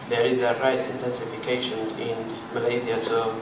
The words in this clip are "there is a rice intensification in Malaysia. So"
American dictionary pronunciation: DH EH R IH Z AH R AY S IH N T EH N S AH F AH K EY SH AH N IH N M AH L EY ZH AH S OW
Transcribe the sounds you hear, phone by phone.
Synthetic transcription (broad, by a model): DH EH R IH Z AH R AY S IH N T EH N S AH F AH K EY SH AH N IH N M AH L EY Z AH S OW